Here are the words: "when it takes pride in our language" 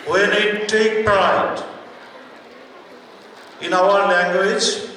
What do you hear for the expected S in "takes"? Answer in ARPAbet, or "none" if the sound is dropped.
none